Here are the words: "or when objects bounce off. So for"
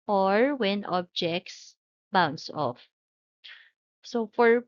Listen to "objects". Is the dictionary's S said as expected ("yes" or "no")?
yes